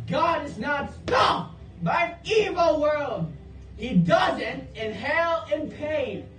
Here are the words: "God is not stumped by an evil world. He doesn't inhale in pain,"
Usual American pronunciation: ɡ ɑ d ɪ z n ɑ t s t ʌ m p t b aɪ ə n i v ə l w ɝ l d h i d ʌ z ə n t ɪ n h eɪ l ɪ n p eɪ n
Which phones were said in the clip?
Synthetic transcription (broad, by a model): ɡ ɑ d ɪ z n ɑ t s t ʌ p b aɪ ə i v ə l w ɝ l d h i d ʌ z ə n t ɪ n h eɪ l ɪ n p eɪ n